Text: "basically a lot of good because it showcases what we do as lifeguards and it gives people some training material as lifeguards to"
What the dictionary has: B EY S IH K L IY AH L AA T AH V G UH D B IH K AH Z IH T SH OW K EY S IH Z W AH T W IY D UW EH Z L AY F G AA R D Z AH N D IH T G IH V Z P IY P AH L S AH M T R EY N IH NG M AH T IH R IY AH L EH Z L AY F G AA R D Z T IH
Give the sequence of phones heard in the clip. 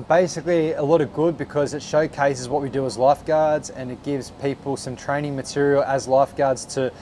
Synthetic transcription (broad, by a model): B EY S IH K L IY AH L AA T AH V G UH D B IH K AH Z IH T SH OW K EY S IH Z W AH T W IY D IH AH Z L AY F G AA R D Z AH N IH T G IH V Z P IY P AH L S AH M T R EY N IH NG M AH T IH R IY L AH Z L AY F G AA R D Z T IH